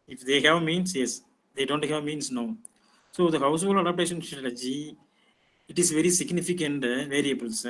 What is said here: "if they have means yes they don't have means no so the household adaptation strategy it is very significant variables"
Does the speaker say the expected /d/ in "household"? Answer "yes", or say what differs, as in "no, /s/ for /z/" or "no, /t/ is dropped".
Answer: no, /d/ is dropped